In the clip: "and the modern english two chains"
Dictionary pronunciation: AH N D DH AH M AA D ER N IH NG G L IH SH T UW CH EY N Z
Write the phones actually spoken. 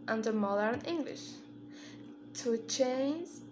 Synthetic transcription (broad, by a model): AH N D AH M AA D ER N IH NG G L IH SH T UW CH EY N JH